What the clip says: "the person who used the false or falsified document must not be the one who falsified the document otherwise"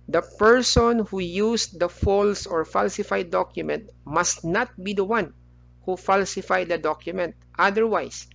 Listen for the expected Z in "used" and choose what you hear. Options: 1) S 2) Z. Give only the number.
1